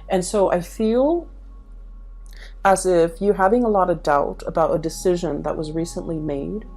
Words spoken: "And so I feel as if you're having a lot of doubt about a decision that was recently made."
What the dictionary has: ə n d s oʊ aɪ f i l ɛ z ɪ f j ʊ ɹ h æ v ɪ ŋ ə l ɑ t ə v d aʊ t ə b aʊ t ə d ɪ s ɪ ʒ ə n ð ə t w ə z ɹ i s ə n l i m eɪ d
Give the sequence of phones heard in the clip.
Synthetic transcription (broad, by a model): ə n s oʊ aɪ f i l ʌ z ɪ f j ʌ ɹ h æ v ɪ ŋ ə l ɑ t ə v d aʊ t ə b aʊ t ə d ɪ s ɪ ʒ ə n ð ə t w ə z ɹ i s ə n l i m eɪ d